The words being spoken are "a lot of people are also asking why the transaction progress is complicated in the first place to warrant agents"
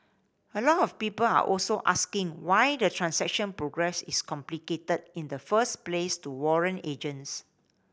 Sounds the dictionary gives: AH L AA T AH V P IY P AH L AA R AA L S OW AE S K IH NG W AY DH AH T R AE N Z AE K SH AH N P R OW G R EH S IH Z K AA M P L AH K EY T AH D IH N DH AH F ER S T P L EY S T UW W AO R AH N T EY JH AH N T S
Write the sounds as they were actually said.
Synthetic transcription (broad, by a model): AH L AA T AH F P IY P AH L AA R AA L S OW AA S K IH NG W AY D AH T R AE N S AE K SH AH N P R OW G R EH S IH S K AA M P L AH K EY T AH D IH N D AH F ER S P L EY S T UW W AO R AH N EY JH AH N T S